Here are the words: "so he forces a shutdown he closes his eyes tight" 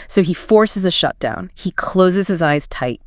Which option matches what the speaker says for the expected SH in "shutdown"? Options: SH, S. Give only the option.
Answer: SH